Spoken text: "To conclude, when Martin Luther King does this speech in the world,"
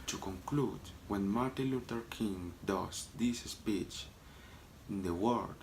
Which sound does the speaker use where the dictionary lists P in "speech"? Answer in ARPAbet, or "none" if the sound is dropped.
P